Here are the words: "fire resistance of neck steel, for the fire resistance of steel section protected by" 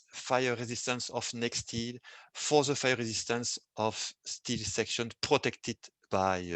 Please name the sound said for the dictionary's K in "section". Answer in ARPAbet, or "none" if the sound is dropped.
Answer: K